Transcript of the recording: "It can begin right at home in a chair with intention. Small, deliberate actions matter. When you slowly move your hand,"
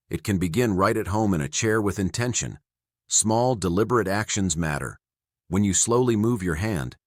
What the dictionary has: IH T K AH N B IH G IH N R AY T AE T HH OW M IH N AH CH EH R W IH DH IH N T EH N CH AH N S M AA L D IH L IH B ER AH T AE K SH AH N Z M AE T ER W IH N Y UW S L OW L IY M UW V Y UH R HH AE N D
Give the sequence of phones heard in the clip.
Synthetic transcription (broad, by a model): IH T K AH N B IH G IH N R AY T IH T HH OW M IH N AH CH EH R W IH DH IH N T EH N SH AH N S M AA L D IH L IH B ER AH T AE K SH AH N Z M AE T ER W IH N Y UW S L OW L IY M UW V Y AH R HH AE N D